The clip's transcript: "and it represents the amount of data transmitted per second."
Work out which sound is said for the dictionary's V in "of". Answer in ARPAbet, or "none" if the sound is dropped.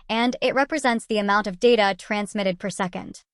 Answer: V